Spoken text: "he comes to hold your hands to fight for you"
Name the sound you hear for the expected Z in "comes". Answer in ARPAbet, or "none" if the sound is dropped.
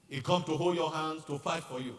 none